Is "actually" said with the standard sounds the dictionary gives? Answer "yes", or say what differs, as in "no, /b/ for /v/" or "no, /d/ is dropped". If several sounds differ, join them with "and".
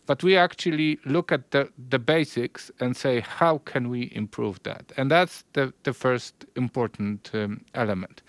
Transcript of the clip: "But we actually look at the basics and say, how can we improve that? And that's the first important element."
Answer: yes